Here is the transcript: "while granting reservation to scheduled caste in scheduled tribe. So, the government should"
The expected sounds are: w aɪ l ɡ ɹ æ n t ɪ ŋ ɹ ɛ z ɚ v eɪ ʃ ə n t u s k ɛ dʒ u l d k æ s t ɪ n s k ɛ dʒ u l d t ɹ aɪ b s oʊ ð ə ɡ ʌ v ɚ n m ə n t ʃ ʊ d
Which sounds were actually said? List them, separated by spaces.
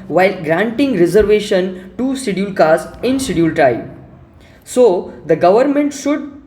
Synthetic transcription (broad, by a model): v aɪ l ɡ ɹ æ n t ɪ ŋ ɹ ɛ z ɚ v eɪ ʃ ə n t u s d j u l k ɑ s ɪ n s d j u l t ɹ aɪ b s oʊ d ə ɡ ʌ v ɚ n m ə n t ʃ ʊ d